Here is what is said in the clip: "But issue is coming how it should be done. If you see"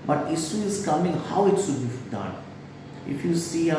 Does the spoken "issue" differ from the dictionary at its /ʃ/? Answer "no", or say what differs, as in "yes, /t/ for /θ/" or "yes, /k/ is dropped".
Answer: yes, /s/ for /ʃ/